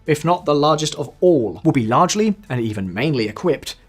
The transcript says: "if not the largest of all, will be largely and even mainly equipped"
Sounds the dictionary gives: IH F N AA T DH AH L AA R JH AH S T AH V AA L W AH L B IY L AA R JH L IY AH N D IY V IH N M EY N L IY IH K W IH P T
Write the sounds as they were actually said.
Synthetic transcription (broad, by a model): IH F N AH T DH AH L AA R JH AH S T AH V AA L W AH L B IY L AA R JH L IY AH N IY V IH N M EY N L IY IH K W IH P T